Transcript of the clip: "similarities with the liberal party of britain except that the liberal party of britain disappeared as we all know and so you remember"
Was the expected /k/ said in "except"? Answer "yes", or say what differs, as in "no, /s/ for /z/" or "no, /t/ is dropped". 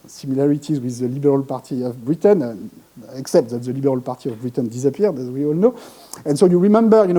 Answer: yes